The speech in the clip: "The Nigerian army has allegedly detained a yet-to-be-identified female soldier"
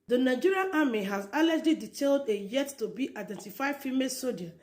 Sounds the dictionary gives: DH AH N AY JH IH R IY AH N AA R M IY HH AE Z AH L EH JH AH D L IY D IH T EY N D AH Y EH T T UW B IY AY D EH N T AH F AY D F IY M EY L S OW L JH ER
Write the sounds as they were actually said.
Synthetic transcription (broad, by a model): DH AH N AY JH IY R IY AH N AA M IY HH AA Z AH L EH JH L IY D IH T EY L D AH Y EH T T UW B IY AY D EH N T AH F AY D F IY M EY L S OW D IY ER